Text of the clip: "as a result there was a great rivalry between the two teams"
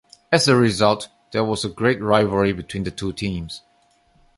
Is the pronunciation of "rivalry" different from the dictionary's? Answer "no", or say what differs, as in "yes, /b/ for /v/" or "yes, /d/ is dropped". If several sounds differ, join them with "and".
yes, /l/ is dropped